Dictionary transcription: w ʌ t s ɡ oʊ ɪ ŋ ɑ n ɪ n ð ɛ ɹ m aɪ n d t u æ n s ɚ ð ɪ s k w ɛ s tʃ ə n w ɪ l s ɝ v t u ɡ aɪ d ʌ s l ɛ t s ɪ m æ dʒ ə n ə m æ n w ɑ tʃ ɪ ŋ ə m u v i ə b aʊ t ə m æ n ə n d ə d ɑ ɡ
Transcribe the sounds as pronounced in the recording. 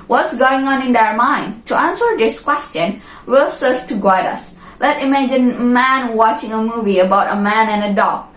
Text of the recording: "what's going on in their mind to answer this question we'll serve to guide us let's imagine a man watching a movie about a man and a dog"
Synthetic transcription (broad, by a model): w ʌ t s ɡ oʊ ɪ ŋ ɑ n ɪ n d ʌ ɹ m aɪ n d t u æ n s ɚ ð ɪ s k w ɛ s tʃ ə n w ɪ l s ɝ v t u ɡ aɪ d ʌ s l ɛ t ɪ m æ dʒ ə n m æ n w ɑ tʃ ɪ ŋ ə m u v i ə b aʊ t ə m æ n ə n ə d ɑ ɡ